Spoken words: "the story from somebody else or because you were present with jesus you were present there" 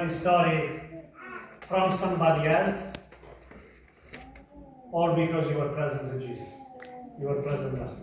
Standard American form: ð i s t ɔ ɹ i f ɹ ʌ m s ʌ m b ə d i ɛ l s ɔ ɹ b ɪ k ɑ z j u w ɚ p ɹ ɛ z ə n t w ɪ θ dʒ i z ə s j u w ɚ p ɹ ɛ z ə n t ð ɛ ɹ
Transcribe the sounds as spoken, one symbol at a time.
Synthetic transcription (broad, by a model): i s t ɔ ɹ i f ɹ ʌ m s ʌ m b ə d i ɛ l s ɔ ɹ b ɪ k ɑ z j u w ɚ p ɹ ɛ z ə n t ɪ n dʒ i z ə s j u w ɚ p ɹ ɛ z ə n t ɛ